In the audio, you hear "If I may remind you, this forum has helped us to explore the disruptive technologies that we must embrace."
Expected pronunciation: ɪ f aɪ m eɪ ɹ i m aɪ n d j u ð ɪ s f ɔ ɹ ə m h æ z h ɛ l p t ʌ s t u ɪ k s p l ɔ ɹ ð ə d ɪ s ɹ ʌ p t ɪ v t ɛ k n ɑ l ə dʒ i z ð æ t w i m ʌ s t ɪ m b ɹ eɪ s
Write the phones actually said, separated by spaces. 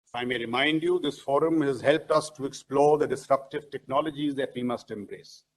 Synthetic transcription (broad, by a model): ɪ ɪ m eɪ ɹ i m aɪ n d j u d ɪ s f ɔ ɹ ə m h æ z h ɛ l p t ʌ s t u ɪ k s p l ɔ ɹ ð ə d ɪ s ɹ ʌ p t ɪ v t ɛ k n ɑ l ə dʒ i z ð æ t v i m ʌ s t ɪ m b ɹ eɪ s